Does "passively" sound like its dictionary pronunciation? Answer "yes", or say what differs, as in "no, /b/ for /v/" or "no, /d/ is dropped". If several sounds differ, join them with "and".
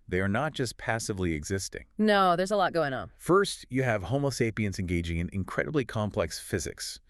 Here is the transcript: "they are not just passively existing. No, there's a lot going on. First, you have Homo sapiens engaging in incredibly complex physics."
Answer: yes